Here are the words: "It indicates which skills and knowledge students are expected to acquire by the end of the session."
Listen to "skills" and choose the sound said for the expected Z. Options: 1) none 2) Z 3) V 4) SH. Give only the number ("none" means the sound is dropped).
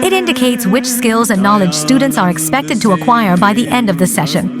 2